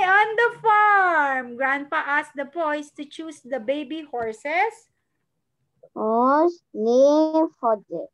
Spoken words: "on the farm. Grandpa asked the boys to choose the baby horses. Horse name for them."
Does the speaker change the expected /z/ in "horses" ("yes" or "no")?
yes